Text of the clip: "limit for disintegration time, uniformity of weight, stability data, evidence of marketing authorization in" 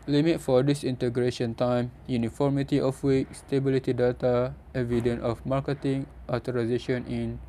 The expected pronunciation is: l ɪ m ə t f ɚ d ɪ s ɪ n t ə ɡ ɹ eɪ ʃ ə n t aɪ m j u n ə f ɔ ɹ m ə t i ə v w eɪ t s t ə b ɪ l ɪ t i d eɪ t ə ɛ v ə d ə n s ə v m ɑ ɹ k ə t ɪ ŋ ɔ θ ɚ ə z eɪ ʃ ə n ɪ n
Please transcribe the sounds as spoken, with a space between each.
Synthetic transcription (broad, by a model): l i m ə t f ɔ d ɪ s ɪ n t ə ɡ ɹ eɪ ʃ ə n t aɪ m j u n ə f ɔ ɹ m ə t i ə f w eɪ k s t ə b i l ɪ t i d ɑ t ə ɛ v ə d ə n ə f m ɑ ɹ k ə t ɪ ŋ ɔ t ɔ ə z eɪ ʃ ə n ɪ n